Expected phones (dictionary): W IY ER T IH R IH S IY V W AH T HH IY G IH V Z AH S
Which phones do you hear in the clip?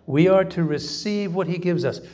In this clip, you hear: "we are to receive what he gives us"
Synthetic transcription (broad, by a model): W IY ER T IH R IH S IY V W AH T HH IY G IH V Z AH S